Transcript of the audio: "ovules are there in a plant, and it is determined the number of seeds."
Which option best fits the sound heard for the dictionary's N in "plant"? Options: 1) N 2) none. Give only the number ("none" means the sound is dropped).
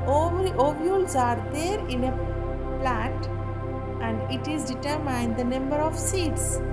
2